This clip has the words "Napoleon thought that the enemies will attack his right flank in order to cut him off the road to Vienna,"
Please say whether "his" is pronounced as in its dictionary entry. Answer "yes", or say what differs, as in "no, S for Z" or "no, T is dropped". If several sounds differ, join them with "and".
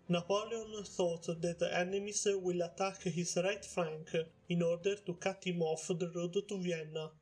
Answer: no, S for Z